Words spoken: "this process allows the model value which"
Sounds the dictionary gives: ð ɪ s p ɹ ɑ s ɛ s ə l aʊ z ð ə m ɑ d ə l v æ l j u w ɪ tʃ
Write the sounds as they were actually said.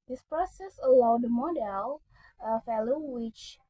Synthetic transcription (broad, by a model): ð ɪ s p ɹ ɑ s ɛ s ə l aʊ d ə m ɑ d ə l f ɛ l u w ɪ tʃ